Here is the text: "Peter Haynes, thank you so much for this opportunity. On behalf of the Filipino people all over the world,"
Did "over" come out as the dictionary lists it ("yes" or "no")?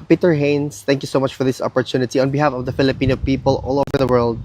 yes